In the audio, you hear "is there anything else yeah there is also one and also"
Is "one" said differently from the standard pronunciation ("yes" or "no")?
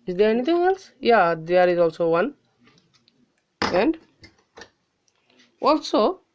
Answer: no